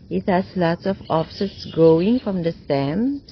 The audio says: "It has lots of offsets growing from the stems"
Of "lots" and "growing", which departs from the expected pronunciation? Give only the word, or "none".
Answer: growing